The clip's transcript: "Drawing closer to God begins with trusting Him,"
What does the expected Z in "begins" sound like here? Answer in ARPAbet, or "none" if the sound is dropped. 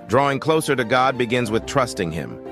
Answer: Z